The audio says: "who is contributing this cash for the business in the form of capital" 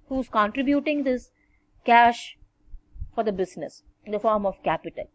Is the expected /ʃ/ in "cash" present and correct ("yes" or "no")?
yes